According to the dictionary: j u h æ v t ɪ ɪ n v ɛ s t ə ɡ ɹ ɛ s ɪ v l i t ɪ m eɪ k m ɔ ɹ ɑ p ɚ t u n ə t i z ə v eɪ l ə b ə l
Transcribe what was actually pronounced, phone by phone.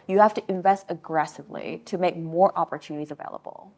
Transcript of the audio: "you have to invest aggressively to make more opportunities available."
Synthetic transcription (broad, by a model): j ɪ h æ f t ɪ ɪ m v ɛ s t ə ɡ ɹ ɛ s ɪ v l i t ɪ m eɪ k m ɔ ɹ ɑ p ɚ t u n ə t i z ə v eɪ l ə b l